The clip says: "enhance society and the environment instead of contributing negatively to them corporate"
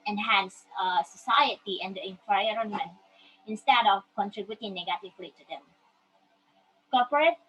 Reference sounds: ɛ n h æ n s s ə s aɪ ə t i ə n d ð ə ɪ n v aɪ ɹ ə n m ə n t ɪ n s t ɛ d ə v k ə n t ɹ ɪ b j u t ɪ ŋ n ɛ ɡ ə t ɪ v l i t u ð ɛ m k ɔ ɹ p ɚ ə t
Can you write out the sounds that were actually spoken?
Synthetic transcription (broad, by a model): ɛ n h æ n s s ə s aɪ ə t i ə n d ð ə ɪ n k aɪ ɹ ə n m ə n ɪ n s t ɛ d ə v k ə n t ɹ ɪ b j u t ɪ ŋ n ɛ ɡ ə t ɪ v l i t u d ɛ m k ɔ p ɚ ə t